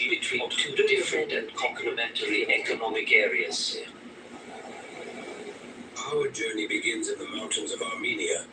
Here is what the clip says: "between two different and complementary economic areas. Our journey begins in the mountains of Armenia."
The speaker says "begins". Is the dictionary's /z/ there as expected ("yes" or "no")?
yes